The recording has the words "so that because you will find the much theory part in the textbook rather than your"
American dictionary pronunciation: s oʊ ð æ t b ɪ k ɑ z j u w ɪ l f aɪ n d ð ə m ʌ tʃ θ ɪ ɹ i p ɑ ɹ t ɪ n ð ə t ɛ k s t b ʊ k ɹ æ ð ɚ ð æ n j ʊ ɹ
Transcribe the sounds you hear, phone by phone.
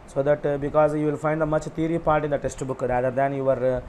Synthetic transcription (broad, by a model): s oʊ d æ t b ɪ k ɑ z j u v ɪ l f aɪ n d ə m ʌ tʃ t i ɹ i p ɑ ɹ t ɪ n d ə t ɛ s t b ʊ k ɹ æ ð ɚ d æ n j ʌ ɹ